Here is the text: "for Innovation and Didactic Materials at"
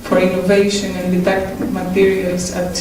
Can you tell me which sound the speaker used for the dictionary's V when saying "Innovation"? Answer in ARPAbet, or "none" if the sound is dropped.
V